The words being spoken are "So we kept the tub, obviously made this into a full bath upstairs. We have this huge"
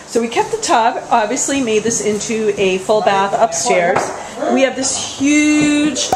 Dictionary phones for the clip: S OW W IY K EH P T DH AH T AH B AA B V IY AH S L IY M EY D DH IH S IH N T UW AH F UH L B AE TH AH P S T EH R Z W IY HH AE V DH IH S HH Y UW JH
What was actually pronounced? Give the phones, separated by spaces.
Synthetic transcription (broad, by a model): S OW W IY K EH P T DH AH T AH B AA B V IY AH S L IY M EY D DH IH S IH N T UW AH F UH L B AE TH AH P S T EH R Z W IY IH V DH IH S HH Y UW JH